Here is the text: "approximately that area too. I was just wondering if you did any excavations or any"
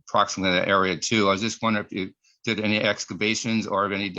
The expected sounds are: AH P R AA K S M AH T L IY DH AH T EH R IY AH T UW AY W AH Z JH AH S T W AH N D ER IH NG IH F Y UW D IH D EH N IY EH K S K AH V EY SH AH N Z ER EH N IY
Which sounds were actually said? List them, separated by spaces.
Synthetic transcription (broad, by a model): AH P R AA K S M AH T L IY DH AH T EH R IY AH T UW AY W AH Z JH AH S T W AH N D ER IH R IH F Y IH D IH D EH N IY EH K S K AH B EY SH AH N Z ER EH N IY